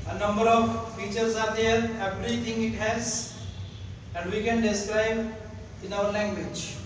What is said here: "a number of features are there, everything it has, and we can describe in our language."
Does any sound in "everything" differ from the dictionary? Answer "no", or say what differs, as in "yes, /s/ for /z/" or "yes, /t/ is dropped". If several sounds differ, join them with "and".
yes, /t/ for /θ/